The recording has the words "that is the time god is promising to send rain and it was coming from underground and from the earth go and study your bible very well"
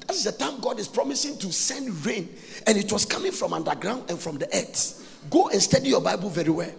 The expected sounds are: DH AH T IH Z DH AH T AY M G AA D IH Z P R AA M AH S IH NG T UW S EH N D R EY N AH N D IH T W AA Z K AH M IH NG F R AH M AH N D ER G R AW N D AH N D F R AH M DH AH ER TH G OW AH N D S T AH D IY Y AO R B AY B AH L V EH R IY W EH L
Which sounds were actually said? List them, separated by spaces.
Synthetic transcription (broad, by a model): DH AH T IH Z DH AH T AY M G AA D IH S P R AA M AH S IH NG T UW S EH N D R EY N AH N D IH T W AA S K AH M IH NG F R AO M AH N D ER G R AW N D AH N F R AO M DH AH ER S G OW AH N S T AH D IY Y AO B AY B AH L V EH R IY W EH L